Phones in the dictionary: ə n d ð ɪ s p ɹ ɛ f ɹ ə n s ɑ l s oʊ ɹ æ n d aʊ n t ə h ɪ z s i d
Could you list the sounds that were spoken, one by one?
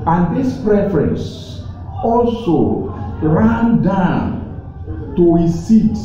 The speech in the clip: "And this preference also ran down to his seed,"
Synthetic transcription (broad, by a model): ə n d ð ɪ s p ɹ ɛ f ɹ ə n s ɑ l s oʊ ɹ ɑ n d aʊ n t ə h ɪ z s i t